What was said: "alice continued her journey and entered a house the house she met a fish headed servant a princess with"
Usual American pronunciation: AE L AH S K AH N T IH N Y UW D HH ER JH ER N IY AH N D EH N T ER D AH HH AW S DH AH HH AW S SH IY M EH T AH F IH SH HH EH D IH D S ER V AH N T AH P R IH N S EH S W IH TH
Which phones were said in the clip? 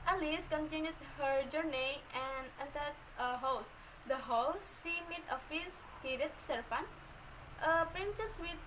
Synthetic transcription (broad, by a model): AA L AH S K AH N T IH N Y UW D HH ER JH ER N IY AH N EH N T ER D AH HH AW S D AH HH AW S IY M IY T AH F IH S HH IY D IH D S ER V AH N T AH P R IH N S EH S W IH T